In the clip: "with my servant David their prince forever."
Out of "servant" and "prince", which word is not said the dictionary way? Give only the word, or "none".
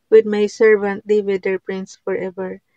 none